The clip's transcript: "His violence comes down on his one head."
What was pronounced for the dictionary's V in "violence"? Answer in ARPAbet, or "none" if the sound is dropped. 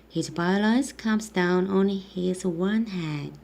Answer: B